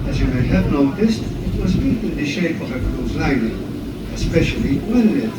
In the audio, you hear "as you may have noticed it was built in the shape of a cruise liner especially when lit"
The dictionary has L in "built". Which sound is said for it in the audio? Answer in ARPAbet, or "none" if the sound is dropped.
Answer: none